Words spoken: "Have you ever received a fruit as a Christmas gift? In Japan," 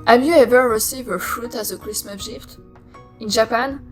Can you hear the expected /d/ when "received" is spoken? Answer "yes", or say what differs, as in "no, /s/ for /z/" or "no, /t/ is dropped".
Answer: no, /d/ is dropped